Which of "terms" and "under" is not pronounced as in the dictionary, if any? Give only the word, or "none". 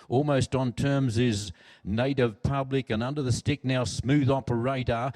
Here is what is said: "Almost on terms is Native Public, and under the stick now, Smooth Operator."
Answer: none